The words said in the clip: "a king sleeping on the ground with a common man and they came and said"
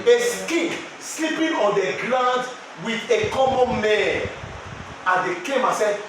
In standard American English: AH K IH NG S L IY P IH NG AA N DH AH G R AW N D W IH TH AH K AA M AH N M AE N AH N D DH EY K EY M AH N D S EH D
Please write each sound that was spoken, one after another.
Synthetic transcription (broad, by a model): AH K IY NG S L IY P IH NG AA N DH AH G L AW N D W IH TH AH K AA M AH N M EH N AH N D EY K EY M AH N S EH